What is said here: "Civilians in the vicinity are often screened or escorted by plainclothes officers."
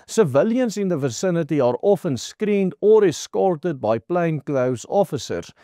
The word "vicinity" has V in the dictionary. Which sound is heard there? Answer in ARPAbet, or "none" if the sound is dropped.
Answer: V